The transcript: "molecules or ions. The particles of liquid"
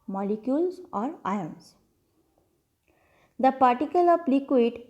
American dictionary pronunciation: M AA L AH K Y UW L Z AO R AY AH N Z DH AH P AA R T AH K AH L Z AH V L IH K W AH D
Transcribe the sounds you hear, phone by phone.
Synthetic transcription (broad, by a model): M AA L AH K Y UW L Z AO R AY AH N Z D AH P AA R T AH K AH L AH P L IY K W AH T